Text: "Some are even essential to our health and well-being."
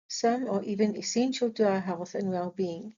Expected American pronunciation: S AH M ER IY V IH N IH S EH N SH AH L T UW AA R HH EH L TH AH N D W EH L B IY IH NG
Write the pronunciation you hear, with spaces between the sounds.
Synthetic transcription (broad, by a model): S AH M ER IY V IH N IH S EH N SH AH L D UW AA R HH EH L TH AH N W EH L B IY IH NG